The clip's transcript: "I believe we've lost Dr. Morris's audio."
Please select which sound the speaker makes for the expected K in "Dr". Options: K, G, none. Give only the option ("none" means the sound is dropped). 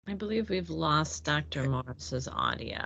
K